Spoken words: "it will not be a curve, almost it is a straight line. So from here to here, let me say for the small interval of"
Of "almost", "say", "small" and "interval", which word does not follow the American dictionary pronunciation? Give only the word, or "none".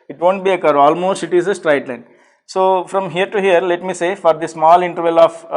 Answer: none